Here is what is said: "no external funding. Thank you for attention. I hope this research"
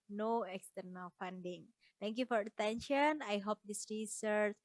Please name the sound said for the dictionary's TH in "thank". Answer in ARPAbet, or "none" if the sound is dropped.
T